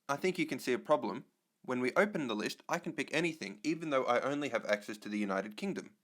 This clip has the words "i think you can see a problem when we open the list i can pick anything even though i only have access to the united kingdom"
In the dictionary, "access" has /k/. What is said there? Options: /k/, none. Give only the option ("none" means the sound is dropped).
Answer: /k/